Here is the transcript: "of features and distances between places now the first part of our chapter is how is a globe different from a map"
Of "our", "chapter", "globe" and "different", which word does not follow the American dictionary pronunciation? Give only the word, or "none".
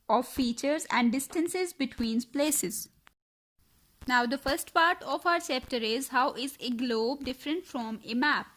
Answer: chapter